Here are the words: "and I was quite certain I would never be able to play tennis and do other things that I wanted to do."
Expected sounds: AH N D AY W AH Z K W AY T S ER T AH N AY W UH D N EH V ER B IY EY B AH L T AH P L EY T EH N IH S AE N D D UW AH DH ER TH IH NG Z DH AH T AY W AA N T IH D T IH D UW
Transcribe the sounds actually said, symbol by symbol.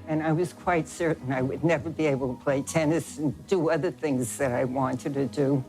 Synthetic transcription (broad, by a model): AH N AY W AH Z K W AY T S ER T N AY W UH D N EH V ER B IY EY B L T AH P L EY T EH N IH S N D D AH AH DH ER TH IH NG Z DH AH T AY W AA N T IH D T IH D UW